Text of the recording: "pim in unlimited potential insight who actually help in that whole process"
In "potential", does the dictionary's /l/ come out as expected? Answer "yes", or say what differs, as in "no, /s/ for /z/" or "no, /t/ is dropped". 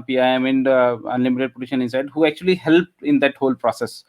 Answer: no, /n/ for /l/